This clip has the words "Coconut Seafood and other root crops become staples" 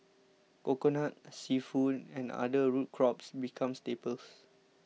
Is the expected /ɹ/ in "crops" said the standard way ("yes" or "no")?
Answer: yes